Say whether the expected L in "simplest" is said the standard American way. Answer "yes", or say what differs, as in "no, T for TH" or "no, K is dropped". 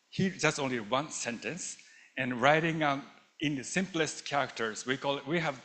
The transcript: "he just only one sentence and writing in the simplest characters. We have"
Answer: yes